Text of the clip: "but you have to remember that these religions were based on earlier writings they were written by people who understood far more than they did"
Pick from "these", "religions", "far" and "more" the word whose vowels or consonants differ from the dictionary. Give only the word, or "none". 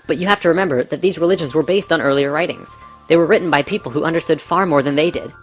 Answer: none